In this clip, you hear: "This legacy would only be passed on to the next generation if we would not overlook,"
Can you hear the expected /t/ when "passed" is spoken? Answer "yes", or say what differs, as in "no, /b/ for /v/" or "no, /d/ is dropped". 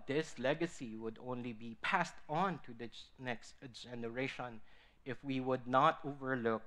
yes